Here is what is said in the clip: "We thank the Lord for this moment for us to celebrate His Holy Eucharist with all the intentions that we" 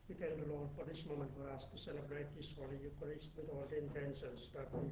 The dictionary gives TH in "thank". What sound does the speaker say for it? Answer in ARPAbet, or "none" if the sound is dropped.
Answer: T